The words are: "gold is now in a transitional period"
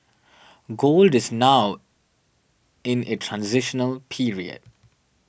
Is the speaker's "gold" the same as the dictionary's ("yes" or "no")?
yes